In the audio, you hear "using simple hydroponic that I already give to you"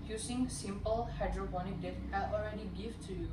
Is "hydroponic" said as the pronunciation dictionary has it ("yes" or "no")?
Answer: no